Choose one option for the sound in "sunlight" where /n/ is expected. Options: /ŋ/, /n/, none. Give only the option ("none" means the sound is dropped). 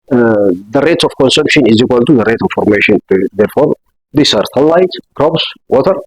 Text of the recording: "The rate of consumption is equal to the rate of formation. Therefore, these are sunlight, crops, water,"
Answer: none